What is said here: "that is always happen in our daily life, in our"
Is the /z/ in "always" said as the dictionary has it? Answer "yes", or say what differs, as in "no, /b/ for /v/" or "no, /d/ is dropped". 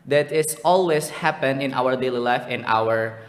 no, /s/ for /z/